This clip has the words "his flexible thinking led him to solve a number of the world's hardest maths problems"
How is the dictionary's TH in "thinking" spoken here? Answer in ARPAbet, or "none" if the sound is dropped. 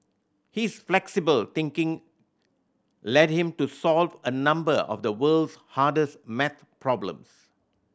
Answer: T